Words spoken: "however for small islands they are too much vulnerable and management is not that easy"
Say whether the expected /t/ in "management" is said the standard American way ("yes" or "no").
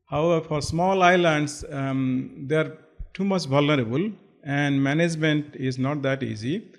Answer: yes